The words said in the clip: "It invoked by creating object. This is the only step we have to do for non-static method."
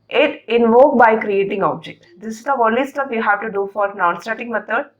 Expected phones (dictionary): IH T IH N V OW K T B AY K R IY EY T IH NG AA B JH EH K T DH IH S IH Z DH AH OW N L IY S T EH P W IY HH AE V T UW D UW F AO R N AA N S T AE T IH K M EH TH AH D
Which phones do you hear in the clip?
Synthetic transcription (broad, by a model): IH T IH N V OW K B AY K R IY EY T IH NG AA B JH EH K T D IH S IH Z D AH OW L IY S T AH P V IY HH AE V T UW D UW F AO R N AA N S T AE T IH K M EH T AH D